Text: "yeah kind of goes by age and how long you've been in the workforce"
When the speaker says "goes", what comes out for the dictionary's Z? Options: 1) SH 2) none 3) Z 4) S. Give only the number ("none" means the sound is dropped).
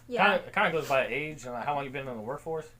3